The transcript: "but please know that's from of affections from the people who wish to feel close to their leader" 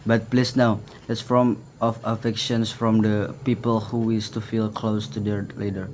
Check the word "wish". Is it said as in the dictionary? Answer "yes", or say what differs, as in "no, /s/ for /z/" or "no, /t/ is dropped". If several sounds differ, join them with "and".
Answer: no, /s/ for /ʃ/